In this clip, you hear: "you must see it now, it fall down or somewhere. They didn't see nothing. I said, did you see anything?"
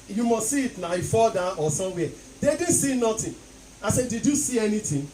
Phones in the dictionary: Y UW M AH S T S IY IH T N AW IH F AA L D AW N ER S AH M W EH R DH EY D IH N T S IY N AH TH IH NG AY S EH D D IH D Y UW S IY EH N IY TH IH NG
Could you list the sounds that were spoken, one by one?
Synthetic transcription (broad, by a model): Y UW M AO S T S IY IH T N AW IH F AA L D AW AO S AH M W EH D EY D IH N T S IY N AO T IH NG AY S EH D D IH D Y UW S IY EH N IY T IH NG